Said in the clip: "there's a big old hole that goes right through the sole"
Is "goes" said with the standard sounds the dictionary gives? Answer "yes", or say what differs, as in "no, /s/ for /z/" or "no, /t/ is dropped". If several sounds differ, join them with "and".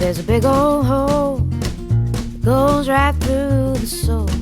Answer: yes